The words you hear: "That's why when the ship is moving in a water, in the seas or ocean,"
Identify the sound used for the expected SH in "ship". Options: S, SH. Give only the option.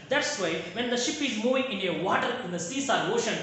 SH